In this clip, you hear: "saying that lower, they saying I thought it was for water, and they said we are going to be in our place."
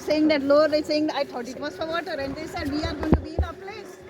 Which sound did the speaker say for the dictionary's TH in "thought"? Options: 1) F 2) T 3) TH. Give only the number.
2